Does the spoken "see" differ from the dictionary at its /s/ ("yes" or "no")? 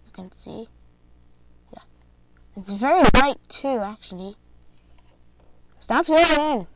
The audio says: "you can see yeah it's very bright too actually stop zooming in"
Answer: no